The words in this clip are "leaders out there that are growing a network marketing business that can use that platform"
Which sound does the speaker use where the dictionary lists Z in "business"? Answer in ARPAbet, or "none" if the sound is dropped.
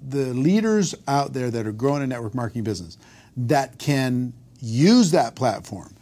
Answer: Z